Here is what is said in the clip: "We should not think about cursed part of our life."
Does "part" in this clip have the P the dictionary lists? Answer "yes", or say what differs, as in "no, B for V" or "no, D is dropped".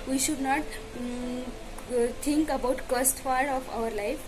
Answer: no, F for P